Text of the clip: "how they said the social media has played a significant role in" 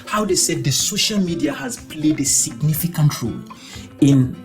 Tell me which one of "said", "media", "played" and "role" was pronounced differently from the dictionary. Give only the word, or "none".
none